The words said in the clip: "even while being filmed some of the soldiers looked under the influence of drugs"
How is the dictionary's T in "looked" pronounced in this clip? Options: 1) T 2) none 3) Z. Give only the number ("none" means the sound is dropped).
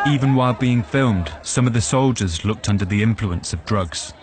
1